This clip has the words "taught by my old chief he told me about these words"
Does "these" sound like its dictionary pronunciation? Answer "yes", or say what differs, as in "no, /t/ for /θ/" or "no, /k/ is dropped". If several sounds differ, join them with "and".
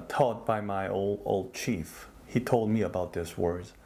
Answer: no, /s/ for /z/